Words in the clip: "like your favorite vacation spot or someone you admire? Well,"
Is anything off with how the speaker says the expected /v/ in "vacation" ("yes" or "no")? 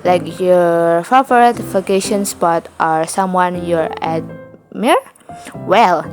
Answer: yes